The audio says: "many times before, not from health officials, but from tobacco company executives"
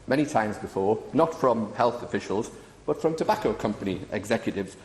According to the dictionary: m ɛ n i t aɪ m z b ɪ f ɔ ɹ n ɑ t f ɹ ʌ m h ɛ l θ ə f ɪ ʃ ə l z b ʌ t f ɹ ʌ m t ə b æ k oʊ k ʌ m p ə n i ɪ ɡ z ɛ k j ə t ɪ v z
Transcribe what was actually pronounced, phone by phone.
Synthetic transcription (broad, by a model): m ɛ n i t aɪ m z b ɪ f ɔ n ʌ t f ɹ ʌ m h ɛ l θ ə f ɪ ʃ ə l z b ʌ t f ɹ ʌ m t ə b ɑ k oʊ k ʌ m p ə n i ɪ ɡ z ɛ k j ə t ɪ v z